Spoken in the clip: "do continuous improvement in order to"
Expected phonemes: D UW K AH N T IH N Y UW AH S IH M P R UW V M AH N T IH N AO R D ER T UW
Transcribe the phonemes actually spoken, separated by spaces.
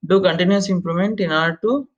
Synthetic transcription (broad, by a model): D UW K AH N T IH N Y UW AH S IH M P L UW M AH N T IH N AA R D T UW